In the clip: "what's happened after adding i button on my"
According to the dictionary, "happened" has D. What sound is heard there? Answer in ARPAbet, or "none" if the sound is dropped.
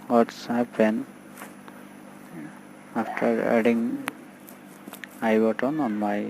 none